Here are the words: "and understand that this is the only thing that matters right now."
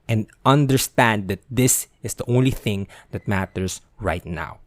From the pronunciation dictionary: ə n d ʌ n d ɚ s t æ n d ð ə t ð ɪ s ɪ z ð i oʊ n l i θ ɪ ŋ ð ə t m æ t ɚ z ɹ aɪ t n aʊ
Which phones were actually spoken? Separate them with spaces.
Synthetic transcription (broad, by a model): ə n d ʌ n d ɚ s t æ n d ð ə t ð ɪ s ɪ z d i oʊ n l i θ ɪ ŋ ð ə t m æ t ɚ s ɹ aɪ t n aʊ